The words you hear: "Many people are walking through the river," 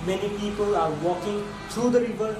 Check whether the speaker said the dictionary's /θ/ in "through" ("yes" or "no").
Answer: no